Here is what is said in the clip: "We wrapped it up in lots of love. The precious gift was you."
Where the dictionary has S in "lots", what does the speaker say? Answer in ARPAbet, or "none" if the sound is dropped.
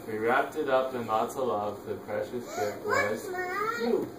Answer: none